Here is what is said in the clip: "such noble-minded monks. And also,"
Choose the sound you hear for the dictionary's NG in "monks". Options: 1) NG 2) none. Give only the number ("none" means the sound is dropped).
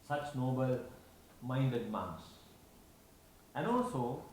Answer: 2